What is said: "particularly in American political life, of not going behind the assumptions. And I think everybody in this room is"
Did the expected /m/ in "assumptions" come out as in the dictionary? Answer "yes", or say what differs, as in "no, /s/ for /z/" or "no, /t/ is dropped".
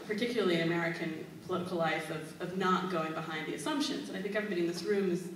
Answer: yes